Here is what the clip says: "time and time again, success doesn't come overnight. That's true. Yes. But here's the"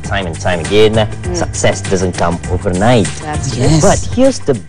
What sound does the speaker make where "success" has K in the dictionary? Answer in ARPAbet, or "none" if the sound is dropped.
K